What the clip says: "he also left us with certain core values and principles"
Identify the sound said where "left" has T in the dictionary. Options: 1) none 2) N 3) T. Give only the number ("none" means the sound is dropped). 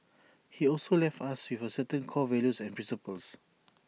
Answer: 3